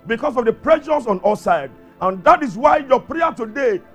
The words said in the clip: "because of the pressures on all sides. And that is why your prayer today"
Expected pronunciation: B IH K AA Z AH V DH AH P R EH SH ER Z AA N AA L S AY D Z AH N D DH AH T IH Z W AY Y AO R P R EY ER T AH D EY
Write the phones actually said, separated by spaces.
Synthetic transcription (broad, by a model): B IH K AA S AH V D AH P R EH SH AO S AA N AA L S AY D AH N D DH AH T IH S W AY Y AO P R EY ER T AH D EY